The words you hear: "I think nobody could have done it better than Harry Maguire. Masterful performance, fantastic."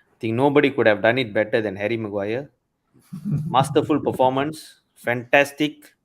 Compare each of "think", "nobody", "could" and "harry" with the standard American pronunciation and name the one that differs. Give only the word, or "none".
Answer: think